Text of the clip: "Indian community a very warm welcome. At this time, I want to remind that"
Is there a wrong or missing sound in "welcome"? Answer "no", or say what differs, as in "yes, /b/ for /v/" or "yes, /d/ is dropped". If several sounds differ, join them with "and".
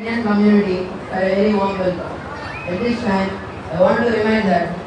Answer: yes, /m/ is dropped